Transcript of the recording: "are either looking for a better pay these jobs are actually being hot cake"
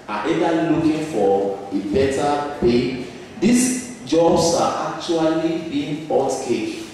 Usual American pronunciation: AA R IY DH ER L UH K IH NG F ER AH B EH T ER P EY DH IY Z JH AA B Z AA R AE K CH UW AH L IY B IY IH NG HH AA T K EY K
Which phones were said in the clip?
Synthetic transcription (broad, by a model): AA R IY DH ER L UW K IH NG F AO AH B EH T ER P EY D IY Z JH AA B S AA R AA K CH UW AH L IY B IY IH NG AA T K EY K